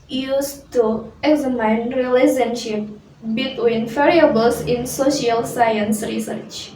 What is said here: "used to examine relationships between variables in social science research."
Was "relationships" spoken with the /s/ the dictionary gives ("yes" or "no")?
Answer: no